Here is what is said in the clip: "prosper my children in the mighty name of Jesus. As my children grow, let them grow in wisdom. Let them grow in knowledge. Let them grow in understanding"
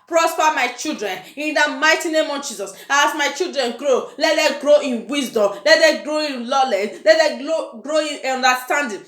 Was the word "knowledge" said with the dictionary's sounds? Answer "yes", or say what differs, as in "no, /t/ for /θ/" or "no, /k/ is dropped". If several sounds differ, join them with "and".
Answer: no, /l/ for /n/